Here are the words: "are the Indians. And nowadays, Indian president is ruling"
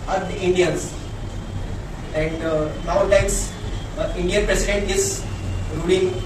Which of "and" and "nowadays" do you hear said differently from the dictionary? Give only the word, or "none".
nowadays